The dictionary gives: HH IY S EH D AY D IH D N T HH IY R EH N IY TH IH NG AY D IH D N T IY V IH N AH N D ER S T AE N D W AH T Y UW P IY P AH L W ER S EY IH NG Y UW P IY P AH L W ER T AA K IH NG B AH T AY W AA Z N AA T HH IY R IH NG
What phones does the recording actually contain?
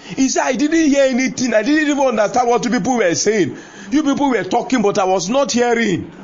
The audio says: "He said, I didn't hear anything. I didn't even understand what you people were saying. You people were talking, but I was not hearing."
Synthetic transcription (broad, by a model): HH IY S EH AY D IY D N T HH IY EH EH N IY T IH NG AY D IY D N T IY V IH N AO N D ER S T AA N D W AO T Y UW P IY P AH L W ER S EY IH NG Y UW P IY P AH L W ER T AA K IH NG B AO T AY W AA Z N AA T HH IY R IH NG